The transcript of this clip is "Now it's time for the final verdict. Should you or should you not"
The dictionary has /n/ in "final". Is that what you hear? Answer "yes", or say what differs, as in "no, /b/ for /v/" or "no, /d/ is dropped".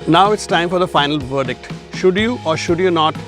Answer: yes